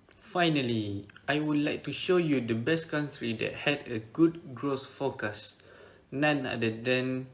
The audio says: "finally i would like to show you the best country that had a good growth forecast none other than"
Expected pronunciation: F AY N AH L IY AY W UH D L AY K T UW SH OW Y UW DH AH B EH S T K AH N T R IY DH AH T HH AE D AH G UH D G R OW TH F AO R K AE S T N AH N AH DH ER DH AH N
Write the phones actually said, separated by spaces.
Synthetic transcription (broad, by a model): F AY N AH L IY AY W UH D L AY K T UW SH OW Y UW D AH B EH S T K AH N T R IY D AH T HH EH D AH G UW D G R OW S F AO K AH S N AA N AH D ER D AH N